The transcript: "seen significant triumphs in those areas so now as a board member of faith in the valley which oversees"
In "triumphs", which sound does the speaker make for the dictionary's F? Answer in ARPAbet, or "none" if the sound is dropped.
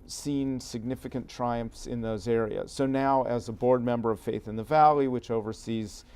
F